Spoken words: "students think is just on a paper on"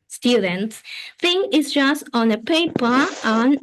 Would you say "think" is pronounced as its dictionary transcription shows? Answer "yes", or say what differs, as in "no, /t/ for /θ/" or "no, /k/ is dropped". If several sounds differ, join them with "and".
no, /k/ is dropped